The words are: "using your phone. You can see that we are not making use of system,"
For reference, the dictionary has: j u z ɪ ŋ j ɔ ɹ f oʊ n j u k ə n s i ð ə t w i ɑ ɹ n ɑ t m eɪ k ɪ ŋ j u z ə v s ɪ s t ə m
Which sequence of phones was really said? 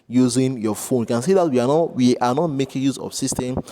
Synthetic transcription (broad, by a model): j u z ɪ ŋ j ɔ f oʊ n j u k ə n s i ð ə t w i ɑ w n ɑ t m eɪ k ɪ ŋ j u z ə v s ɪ s t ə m